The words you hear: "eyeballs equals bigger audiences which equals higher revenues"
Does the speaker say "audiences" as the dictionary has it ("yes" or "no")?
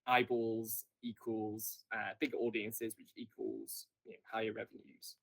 yes